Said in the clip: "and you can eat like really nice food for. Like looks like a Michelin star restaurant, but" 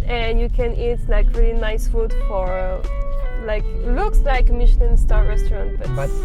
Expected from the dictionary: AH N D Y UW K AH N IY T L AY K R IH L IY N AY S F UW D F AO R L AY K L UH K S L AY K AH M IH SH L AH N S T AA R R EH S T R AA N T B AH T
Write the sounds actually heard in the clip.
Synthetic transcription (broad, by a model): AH N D Y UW K AH N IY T L AY K R IH L IY N AY S F UW D F AO R L AY K L UH K S L AY K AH M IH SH N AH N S T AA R R EH S T R AA N T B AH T